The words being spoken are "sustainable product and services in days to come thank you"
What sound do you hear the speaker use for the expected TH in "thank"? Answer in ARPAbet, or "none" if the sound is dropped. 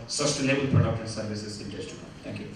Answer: T